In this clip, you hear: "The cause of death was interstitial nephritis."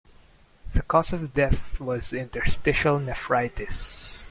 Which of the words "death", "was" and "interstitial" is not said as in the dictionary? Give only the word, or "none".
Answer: none